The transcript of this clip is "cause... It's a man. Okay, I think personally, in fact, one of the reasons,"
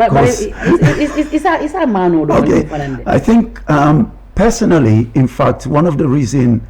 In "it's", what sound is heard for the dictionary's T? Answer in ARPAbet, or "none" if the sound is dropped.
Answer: S